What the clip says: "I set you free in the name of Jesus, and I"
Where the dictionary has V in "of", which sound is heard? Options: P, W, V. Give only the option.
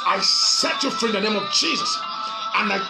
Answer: V